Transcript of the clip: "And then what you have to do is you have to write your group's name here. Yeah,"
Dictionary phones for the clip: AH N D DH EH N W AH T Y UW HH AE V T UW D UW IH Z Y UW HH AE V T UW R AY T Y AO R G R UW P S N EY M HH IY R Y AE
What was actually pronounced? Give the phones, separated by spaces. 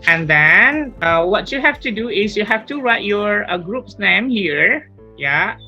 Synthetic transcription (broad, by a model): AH N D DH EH N W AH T Y UW HH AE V T UW D UW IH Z Y UW HH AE F T UW R AY T Y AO R G R UW P S N EY M HH IY R Y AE